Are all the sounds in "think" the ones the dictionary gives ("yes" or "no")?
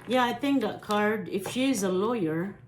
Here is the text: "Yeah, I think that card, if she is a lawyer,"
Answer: yes